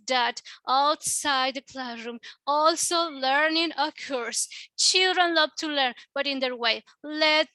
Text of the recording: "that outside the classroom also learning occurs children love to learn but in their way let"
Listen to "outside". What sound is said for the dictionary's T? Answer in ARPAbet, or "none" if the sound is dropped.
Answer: T